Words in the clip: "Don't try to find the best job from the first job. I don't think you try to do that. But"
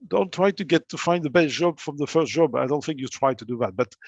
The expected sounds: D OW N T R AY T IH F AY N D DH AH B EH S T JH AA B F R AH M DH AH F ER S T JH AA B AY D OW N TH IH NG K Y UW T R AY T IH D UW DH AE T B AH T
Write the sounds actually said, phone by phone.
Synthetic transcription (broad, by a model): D OW N T R AY T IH F AY N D DH AH B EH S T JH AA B F R AH M DH AH F ER S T JH AA B AY D OW N TH IH NG K Y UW T R AY T IH D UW DH AE T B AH T